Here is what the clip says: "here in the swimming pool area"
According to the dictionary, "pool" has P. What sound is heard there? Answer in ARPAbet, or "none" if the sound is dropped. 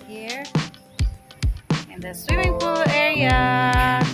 F